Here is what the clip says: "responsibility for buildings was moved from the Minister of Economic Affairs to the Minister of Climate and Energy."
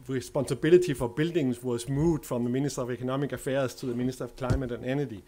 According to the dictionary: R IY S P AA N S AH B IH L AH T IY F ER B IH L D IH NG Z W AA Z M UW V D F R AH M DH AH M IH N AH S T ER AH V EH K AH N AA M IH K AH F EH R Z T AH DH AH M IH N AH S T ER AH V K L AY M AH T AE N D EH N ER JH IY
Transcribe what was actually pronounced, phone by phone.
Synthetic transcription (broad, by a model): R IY S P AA N S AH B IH L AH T IY F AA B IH L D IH NG S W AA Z M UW D F R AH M DH AH M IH N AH S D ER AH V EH K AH N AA M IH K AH F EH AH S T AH DH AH M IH N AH S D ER AH V K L AY M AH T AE N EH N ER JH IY